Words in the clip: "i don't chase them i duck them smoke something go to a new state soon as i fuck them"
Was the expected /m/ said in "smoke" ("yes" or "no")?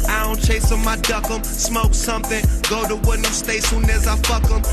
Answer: yes